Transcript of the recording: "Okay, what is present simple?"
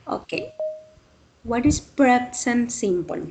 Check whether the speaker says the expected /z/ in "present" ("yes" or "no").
no